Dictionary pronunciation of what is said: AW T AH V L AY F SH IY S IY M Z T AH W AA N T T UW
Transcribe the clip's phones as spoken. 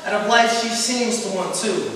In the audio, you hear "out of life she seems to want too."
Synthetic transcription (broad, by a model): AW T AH P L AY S SH IY S IY M Z T AH W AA N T T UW